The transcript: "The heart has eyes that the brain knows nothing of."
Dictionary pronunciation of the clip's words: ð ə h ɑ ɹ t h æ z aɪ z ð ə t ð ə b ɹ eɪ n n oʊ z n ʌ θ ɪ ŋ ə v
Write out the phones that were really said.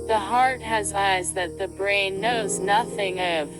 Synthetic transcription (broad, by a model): ð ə h ɑ ɹ t h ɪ z aɪ z ð ə t ð ə b ɹ eɪ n n oʊ z n ʌ θ ɪ ŋ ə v